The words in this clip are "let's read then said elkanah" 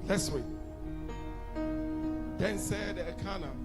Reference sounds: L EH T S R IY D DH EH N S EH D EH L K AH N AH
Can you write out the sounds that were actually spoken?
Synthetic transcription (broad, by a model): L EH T S W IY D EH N S EH D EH K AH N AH